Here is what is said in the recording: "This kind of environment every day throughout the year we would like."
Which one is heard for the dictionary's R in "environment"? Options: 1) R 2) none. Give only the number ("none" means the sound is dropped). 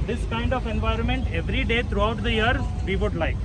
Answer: 1